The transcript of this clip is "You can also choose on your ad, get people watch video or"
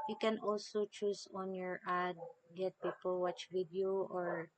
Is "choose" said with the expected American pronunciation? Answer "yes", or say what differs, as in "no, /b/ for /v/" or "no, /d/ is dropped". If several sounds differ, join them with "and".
no, /s/ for /z/